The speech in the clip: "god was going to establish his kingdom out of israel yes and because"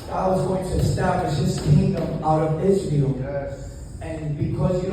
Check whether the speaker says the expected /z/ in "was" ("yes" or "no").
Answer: yes